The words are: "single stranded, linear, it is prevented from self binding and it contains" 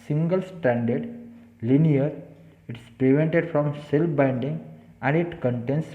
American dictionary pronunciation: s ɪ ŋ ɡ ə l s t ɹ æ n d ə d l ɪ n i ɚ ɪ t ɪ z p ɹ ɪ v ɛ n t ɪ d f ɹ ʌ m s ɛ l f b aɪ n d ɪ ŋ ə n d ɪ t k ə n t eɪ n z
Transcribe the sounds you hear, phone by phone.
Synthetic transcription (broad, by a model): s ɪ ŋ ɡ ə l s t æ n d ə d l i n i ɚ ɪ t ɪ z p ɹ ɪ v ɛ n t ɪ d f ɹ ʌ m s ɛ l f b aɪ n d ɪ ŋ ə n d ɪ t k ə n t eɪ n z